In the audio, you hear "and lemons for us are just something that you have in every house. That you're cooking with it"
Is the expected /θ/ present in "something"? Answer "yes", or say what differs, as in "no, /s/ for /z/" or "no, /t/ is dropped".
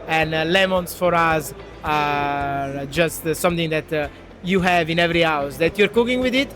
no, /t/ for /θ/